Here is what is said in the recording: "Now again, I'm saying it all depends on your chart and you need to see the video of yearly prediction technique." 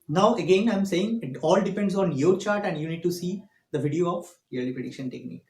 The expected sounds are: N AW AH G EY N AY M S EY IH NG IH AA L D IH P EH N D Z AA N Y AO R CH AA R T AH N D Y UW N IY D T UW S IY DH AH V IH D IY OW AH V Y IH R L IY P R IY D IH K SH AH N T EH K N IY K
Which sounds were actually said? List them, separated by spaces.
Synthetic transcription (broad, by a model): N AW AH G EY N AY M S EY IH NG IH AA L D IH P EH N D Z AA N Y AO R CH AA R T AH N D Y UW N IY D T UW S IY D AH V IH D IY OW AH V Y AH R L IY P R IY D IH K SH AH N T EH K N IY K